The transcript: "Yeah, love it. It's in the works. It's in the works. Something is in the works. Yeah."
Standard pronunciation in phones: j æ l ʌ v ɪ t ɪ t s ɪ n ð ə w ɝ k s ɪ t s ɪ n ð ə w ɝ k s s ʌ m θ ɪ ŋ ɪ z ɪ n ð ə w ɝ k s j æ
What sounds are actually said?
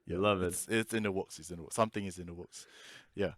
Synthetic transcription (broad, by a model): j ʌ l ʌ v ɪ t ɪ t s ɪ n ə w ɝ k s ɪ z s ɪ n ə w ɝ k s s ʌ m θ ɪ ŋ ɪ z ɪ n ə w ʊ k s j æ